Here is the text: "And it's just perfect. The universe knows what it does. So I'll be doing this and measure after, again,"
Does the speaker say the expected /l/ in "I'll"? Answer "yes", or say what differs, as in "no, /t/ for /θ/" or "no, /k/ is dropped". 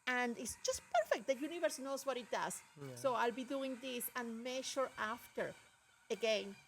yes